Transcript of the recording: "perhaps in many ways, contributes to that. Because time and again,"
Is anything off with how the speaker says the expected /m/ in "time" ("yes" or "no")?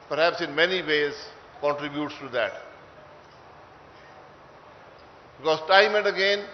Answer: no